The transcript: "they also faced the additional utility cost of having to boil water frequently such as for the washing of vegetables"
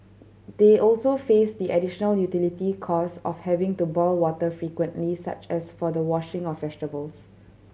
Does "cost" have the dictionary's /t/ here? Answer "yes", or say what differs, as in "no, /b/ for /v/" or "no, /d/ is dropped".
no, /t/ is dropped